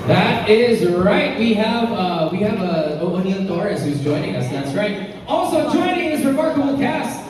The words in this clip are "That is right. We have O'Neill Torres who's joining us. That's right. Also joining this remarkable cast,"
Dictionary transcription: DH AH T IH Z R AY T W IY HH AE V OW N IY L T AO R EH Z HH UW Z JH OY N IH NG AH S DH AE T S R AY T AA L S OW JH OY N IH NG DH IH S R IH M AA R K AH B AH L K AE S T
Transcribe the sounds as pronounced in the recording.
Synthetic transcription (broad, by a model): DH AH T IH Z R AY T W IY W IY V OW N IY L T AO R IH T HH UW Z JH OY N IH NG AH S DH AE T S R AY T AA L S OW JH OY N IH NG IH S R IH M AA R K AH B L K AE S